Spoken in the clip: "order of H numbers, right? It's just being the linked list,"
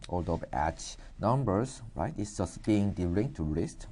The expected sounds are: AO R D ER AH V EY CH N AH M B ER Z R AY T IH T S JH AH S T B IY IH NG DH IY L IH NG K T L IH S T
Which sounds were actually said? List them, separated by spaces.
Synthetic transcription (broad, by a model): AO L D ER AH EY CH N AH M B ER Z R AY T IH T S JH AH S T B IY IH NG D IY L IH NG T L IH S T